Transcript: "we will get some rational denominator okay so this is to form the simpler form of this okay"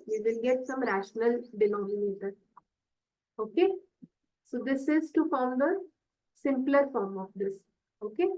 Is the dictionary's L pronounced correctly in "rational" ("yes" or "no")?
yes